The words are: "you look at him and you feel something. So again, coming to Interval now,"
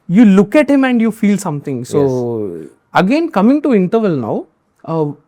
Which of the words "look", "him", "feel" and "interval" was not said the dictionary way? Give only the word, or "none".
none